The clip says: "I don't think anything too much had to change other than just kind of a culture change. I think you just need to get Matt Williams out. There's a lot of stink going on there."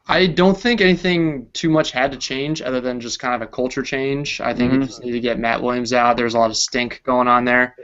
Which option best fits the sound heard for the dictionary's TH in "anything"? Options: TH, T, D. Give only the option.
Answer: TH